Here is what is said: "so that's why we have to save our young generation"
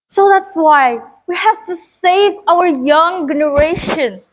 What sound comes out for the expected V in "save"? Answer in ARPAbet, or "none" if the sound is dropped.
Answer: V